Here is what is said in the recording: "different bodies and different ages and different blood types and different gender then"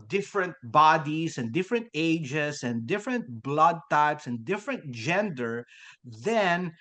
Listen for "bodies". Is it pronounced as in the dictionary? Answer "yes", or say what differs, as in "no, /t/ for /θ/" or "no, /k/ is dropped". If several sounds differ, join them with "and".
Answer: no, /s/ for /z/